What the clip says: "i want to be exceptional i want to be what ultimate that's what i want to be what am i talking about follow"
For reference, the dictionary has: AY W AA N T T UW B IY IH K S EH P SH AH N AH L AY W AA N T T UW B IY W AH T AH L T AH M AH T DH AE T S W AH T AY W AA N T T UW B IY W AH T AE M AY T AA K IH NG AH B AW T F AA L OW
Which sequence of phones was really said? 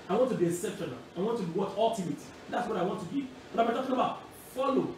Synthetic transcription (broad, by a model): AY W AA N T T UW B IY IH S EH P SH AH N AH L AY W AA N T T UW B IY W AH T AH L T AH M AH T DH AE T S W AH T AY W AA N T T UW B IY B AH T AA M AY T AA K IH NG AH B AW T F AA L OW